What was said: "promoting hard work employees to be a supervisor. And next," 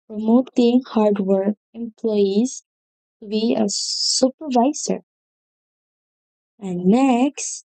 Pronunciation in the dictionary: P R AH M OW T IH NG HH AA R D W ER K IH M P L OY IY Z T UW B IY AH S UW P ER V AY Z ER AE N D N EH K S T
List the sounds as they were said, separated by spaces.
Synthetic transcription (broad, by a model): P R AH M OW T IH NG HH AA R D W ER K IH M P L OY IY Z T UW B IY AH S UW P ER V AY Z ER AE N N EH K S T